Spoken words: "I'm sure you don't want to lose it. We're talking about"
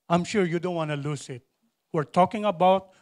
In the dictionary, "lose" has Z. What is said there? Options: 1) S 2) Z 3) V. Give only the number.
1